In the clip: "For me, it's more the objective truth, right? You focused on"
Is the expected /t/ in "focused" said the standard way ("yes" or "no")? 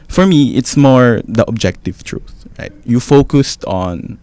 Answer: yes